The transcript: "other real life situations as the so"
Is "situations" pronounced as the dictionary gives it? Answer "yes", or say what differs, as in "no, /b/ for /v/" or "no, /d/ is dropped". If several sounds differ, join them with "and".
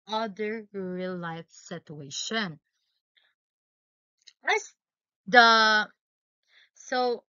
no, /z/ is dropped